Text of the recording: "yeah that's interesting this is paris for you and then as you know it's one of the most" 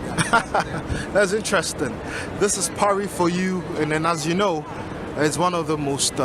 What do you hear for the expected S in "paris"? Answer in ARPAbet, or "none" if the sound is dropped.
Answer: none